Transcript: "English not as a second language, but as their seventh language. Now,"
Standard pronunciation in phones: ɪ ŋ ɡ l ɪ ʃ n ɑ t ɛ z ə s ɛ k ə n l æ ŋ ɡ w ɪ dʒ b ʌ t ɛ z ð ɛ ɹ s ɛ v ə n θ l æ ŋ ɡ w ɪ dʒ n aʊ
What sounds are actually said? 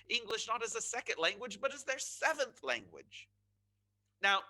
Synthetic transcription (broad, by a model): ɪ ŋ ɡ l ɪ ʃ n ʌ t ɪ z ə s ɛ k ə n l æ ŋ ɡ w ɪ dʒ b ʌ t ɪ z ð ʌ ɹ s ɛ v ə n θ l æ ŋ ɡ w ɪ dʒ n aʊ